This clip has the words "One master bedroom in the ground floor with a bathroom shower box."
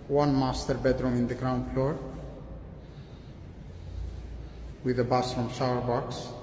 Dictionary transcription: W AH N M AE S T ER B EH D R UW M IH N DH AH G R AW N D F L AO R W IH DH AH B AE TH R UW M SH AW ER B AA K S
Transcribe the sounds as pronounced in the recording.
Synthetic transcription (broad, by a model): W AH N M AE S T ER B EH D R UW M IH N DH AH G R AW N D F L AO R W IH DH AH B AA F R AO M SH AW ER B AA K S